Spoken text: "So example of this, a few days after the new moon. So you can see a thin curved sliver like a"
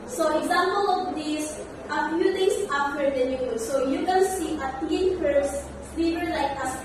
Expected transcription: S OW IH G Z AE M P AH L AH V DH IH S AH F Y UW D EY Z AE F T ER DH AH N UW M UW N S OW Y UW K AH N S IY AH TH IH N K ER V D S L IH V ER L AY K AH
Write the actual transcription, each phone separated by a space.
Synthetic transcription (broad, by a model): S OW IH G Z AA M P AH L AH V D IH S AH F Y UW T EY S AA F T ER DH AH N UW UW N S OW Y UW K AH N S IY AH T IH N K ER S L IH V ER L AY K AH